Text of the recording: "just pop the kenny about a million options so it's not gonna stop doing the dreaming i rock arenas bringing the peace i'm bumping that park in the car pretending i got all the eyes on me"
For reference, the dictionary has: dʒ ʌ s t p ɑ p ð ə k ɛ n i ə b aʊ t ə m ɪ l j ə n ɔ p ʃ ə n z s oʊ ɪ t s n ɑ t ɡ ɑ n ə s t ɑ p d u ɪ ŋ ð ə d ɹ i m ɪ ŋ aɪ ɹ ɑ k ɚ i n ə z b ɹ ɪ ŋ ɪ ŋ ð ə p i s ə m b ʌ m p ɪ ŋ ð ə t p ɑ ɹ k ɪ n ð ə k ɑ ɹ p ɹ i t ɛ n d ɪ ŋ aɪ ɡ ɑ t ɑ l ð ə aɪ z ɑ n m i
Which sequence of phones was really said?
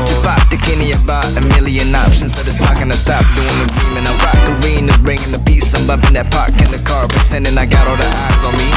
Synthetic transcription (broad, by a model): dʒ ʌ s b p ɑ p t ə k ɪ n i ə b aʊ t ə m ɪ l j ə n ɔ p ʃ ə n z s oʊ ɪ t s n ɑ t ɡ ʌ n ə s t ɑ p d u ɪ ŋ ð ə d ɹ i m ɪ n aɪ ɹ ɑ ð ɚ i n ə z b ɹ ɪ ŋ ɪ ŋ ð ə p i s ə m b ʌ p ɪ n ð ə t p ɑ ɹ k ɪ n ð ə k ɑ ɹ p i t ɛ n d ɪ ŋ aɪ ɡ ɑ t ɑ l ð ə aɪ z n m i